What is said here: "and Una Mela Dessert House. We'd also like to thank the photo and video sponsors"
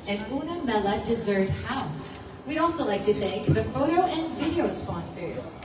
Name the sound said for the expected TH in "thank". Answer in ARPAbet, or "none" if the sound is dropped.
TH